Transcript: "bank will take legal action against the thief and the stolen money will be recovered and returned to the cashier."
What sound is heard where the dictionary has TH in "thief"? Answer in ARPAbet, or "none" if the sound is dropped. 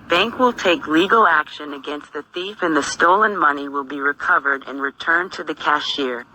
TH